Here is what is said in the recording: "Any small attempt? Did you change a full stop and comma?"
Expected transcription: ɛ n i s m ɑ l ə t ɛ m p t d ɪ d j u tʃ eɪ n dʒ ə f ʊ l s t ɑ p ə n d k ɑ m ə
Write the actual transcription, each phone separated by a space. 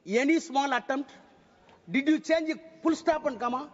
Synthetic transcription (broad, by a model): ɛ n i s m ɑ l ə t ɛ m t d ɪ d j u tʃ eɪ n dʒ ə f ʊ l s t ɑ p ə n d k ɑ m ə